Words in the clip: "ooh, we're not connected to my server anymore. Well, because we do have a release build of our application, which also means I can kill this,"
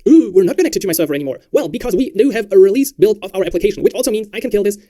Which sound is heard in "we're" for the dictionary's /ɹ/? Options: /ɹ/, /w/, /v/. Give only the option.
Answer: /ɹ/